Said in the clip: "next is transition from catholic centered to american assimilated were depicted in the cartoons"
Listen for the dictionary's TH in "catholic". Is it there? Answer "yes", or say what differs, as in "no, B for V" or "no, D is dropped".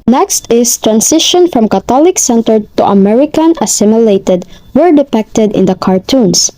no, T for TH